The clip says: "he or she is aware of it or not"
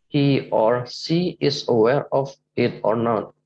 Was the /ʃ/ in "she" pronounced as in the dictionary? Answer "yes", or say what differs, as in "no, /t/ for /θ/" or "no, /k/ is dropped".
no, /s/ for /ʃ/